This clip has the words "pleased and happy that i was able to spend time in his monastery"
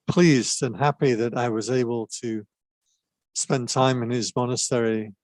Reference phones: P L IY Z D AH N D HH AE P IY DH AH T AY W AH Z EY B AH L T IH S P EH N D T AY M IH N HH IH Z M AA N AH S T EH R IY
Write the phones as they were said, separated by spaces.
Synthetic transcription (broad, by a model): P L IY Z D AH N HH AE P IY DH AH T AY W AH Z EY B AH L T IH S P EH N T AY M IH N IH Z M AA N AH S T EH R IY